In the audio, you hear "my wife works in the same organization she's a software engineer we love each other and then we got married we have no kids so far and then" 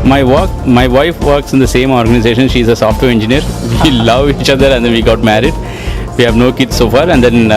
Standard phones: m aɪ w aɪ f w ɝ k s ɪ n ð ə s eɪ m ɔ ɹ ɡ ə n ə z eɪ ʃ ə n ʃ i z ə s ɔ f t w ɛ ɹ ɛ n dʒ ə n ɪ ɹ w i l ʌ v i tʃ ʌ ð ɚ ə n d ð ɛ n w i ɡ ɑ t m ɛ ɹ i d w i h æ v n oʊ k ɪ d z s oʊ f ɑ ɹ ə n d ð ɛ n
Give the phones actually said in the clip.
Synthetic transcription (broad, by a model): m aɪ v aɪ f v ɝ k s ɪ n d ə s eɪ m ɔ ɹ ɡ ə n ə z eɪ ʃ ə n ʃ i z ə s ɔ f t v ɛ ɹ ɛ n dʒ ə n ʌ ɹ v i l ʌ v i tʃ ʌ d ɚ ə n d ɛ n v i ɡ ɑ t m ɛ ɹ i d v i h æ v n oʊ k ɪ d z s oʊ f ɑ ɹ ə n d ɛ n